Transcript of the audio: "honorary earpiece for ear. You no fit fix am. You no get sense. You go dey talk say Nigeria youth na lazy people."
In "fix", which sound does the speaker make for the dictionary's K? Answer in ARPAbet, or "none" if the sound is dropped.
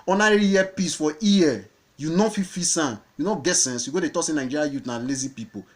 none